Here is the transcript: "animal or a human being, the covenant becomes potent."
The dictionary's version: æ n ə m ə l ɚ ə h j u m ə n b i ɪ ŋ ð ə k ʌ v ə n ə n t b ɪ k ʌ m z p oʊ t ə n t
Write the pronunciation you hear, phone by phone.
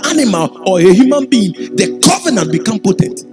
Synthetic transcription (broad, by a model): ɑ n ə m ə l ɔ ə h j u m ə n b i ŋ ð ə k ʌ v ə n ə n t b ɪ k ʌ m p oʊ t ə n t